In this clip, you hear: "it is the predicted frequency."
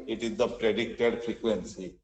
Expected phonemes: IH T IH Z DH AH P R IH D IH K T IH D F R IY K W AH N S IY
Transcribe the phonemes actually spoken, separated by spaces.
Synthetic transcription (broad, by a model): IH T IH Z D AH P R IH D IH K T IH D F R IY K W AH N S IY